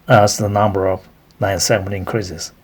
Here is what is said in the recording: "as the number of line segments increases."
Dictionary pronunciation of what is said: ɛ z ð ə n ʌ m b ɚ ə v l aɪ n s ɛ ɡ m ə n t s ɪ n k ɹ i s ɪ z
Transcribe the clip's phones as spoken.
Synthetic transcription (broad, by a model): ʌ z ð ə n ʌ m b ɚ ə v n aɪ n s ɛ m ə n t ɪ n k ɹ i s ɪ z